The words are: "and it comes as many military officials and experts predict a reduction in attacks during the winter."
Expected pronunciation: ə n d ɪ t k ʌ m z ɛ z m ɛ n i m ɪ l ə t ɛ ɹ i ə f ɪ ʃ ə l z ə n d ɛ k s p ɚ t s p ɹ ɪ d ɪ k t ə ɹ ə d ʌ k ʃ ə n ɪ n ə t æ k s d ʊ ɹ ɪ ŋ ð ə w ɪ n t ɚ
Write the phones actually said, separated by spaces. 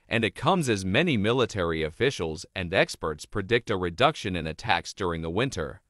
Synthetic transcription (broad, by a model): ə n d ɪ t k ʌ m z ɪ z m ɛ n i m ɪ l ə t ɛ ɹ i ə f ɪ ʃ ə l z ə n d ɛ k s p ɚ t s p ɹ ɪ d ɪ k t ə ɹ ə d ʌ k ʃ ə n ɪ n ə t æ k s d ʊ ɹ ɪ ŋ ð ə w ɪ n t ɚ